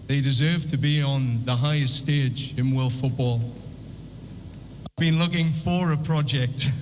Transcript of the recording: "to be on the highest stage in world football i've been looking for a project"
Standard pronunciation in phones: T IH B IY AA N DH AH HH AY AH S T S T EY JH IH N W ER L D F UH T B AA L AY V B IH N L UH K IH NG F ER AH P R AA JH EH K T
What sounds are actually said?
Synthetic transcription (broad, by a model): T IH B IY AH N DH AH HH AY AH S T S T EY JH IH N W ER L F UH T B AA L AY V B IH N L UH K IH NG F ER AH P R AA JH EH K T